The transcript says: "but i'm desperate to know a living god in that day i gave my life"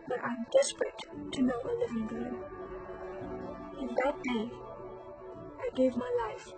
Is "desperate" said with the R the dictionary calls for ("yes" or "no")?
yes